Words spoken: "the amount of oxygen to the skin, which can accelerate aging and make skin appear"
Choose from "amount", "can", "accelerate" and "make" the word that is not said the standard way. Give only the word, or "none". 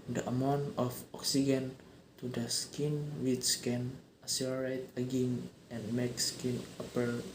accelerate